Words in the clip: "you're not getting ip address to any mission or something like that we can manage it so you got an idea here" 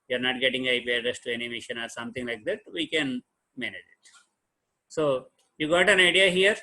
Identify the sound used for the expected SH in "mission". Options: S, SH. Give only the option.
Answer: SH